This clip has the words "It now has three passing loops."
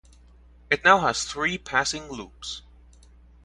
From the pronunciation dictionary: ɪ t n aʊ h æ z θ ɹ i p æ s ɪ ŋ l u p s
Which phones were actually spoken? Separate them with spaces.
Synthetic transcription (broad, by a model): ɪ t n aʊ h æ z θ ɹ i p æ s ɪ ŋ l u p s